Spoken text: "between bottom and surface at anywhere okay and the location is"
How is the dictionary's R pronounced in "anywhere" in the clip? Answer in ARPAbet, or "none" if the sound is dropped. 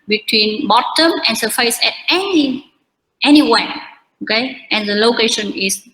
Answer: W